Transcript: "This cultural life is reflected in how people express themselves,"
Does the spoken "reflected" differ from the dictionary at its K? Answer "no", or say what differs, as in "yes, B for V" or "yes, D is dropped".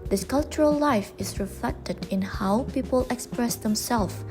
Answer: no